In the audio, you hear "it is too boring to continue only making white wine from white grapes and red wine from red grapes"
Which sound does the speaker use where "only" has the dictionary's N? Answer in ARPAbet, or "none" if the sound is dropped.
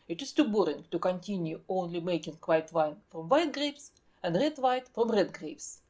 N